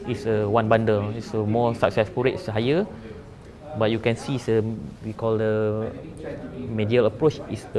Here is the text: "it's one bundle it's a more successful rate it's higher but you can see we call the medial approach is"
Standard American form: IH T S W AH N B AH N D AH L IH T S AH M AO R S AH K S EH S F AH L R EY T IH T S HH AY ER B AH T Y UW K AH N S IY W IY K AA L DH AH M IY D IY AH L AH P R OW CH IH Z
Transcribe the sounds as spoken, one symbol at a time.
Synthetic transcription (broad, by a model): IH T S W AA N B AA N D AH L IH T S AH M AO S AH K S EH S P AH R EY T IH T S HH AY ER B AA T Y UW K AH N S IY W IY K AA L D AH M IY D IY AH L AH P R OW CH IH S